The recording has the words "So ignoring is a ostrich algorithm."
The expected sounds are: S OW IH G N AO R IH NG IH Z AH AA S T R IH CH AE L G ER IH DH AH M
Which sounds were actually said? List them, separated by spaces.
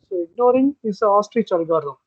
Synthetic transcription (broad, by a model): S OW IH G N AO R IH NG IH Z AH AA S T R IH CH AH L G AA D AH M